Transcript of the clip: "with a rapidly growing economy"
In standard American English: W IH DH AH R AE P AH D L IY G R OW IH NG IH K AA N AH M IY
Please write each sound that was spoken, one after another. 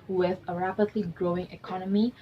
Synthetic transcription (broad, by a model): W IH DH AH R AE P AH D L IY G R OW IH NG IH K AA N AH M IY